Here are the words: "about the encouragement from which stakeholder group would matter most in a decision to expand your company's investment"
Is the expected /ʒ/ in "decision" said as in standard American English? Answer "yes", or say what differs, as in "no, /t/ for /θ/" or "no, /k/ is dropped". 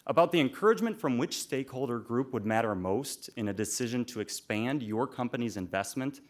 yes